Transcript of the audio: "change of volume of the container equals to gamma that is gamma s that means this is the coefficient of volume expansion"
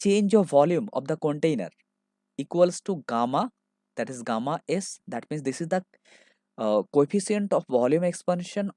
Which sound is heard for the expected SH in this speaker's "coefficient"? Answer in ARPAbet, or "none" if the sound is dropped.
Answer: S